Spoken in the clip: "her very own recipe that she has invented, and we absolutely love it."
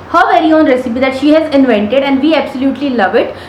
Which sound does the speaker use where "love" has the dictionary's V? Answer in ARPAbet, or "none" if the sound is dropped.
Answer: V